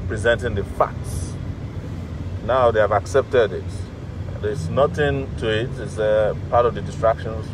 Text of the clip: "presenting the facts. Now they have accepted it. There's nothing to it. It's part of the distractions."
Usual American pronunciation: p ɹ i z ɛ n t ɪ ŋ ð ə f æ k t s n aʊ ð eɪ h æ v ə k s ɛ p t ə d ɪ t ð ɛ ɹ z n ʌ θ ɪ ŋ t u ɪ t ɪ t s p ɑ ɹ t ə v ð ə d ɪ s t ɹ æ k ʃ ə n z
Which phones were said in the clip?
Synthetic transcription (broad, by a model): p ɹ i z ɛ n t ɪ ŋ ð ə f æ k t s n aʊ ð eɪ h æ v ə k s ɛ p t ə d ɪ t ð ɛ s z n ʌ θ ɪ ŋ t u ɪ t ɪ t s p ɑ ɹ t ə v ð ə d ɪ s t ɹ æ k ʃ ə n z